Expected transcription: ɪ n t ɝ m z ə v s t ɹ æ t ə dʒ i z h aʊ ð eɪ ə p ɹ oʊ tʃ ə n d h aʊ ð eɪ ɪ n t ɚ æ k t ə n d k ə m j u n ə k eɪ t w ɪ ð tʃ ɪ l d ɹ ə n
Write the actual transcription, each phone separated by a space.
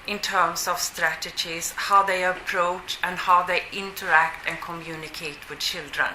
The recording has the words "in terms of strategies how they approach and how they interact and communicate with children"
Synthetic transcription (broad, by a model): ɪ n t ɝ m s ə v s t ɹ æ t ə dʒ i s h aʊ ð eɪ ə p ɹ oʊ tʃ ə n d h aʊ ð eɪ ɪ n t ɚ æ k t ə n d k ə m j u n ə k eɪ t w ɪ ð tʃ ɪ l d ɹ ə n